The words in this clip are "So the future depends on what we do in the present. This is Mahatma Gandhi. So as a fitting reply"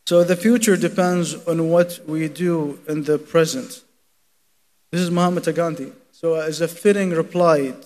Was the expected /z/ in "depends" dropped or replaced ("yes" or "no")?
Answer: no